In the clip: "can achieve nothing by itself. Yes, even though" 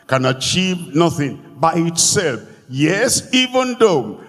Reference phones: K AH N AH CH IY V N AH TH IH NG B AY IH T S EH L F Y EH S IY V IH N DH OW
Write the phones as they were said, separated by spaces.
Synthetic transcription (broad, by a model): K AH N AH CH IY V N AH TH IH NG B AY IH T S EH L F Y EH S IY V IH N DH OW